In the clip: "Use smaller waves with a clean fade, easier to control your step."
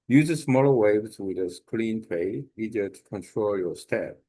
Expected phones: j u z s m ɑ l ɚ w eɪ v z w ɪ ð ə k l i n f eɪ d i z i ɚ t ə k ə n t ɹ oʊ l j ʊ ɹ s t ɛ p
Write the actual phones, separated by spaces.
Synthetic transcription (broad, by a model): j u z s m ɑ l ɚ w eɪ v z w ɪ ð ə k l i n p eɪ i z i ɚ t ə k ə n t ɹ oʊ l j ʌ ɹ s t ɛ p